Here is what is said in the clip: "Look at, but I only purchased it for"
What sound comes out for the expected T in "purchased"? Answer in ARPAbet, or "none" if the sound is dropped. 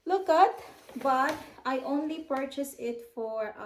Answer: none